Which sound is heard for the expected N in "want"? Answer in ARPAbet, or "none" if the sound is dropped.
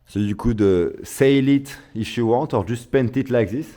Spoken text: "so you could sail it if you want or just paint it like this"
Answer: none